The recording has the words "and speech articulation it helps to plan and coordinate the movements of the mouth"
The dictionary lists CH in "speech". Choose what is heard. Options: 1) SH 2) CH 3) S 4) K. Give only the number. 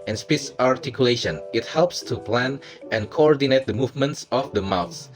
3